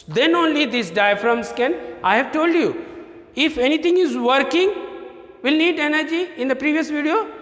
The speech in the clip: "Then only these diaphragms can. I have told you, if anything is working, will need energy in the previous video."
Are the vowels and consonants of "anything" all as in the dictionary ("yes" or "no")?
no